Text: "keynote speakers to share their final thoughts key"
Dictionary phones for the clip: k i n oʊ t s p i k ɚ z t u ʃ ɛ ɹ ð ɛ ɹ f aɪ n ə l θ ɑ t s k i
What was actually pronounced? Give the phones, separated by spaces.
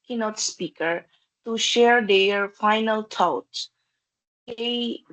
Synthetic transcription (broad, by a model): k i n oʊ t s p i k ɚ t u ʃ ɛ ɹ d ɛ ɹ f aɪ n ə l t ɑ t k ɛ